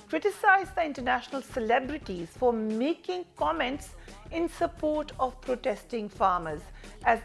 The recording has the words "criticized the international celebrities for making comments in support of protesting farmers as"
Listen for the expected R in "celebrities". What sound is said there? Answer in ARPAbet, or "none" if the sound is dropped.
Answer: R